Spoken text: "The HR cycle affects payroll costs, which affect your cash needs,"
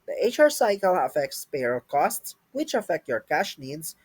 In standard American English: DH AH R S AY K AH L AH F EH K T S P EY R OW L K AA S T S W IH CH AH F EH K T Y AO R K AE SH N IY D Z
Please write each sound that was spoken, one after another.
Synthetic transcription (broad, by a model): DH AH R S AY K AH L AH F EH K T S P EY R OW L K AA S T S W IH CH AH F EH K T Y AO R K AE SH N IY D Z